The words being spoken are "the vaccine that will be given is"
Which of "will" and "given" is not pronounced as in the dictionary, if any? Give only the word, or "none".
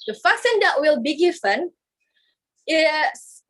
given